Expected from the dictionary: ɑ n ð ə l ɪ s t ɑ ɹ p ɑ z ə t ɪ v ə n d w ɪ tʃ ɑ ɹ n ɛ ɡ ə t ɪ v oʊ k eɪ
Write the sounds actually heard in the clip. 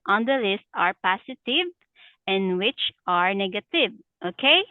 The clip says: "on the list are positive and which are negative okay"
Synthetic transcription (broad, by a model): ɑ n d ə l ɪ s t ɑ ɹ p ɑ s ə t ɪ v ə n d w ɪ tʃ ɑ ɹ n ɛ ɡ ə t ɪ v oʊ k eɪ